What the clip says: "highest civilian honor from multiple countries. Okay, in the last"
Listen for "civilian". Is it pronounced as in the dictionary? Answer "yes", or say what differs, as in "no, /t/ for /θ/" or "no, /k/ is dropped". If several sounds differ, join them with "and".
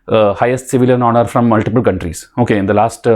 yes